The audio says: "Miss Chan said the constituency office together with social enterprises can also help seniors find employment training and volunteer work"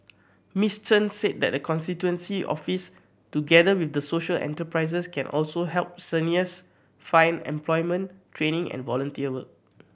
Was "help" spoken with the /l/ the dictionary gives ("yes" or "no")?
yes